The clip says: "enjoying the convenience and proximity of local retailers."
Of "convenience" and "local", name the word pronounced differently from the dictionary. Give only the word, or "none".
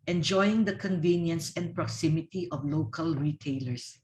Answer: none